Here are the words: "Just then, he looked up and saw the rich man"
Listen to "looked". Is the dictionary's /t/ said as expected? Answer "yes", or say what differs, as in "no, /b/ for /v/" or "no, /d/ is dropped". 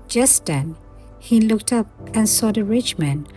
yes